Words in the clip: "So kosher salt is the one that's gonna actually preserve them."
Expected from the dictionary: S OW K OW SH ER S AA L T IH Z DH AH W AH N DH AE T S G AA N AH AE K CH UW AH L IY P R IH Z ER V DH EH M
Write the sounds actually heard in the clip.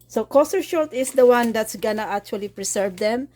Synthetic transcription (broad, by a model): S OW K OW S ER SH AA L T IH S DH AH W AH N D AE T S G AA N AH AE K CH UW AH L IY P R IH S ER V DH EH M